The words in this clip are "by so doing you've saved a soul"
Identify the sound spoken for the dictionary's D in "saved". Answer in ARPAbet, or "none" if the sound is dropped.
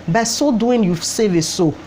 none